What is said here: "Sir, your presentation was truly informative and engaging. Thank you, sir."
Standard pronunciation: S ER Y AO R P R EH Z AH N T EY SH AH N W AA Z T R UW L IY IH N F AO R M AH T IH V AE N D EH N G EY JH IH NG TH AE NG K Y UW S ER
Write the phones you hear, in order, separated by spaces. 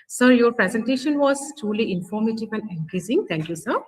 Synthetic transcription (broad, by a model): S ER Y AO R P R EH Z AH N T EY SH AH N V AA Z T R UW L IY IH N F AO R M AH T IH V AE N D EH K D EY Z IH NG T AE NG K Y UW S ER